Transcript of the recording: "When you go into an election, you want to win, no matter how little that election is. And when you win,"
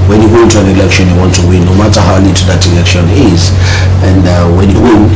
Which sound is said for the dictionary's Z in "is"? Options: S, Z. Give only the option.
Z